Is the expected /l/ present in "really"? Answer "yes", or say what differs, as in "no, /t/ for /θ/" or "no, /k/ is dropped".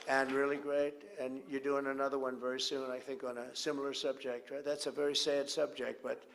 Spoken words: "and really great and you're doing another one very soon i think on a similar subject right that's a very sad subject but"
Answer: yes